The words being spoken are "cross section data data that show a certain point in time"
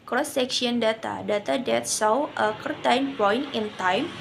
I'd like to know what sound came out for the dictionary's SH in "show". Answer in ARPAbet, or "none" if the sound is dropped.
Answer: S